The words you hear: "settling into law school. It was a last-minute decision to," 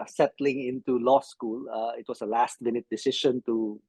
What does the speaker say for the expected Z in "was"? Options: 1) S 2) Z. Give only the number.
1